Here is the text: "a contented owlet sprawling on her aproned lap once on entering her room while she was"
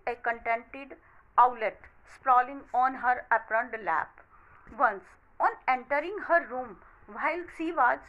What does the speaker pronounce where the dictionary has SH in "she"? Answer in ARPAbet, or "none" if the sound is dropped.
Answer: S